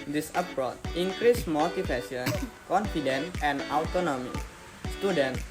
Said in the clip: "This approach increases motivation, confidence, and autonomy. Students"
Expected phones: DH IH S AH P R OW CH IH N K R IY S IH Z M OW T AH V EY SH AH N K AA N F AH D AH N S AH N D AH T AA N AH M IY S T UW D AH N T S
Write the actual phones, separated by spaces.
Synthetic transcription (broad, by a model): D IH S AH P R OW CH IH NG K R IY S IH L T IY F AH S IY AH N K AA N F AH D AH N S AH N D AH T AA N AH M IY S T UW D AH N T